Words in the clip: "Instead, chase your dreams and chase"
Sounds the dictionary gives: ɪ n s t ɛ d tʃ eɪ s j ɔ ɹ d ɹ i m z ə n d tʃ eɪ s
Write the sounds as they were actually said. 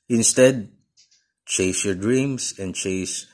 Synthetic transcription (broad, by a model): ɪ n s t ɛ d tʃ eɪ s j ɔ ɹ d ɹ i m s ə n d tʃ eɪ s